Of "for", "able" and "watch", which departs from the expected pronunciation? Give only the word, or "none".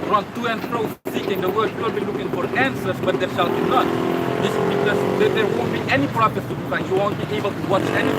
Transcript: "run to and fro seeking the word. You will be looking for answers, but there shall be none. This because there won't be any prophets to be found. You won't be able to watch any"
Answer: none